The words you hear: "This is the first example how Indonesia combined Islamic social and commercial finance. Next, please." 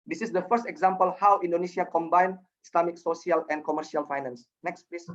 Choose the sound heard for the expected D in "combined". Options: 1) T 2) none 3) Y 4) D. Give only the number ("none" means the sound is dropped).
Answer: 2